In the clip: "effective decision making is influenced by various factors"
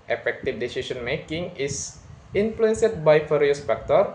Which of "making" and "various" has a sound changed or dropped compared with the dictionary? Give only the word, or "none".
various